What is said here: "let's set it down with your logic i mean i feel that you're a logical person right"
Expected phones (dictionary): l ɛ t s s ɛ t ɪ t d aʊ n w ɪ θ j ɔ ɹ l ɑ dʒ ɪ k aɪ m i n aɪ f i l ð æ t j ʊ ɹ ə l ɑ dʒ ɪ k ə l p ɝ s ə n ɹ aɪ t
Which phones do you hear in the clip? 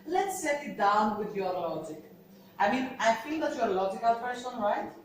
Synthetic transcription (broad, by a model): l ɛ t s s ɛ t ɪ t d aʊ n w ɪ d j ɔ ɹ l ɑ dʒ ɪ k aɪ m i n aɪ f i l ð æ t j ə l ɑ dʒ ɪ k ə l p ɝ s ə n ɹ aɪ t